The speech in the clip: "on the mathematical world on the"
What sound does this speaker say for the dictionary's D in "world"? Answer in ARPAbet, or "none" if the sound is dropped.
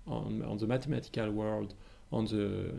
D